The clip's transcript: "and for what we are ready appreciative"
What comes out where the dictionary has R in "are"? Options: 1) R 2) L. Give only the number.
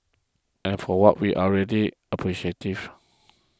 2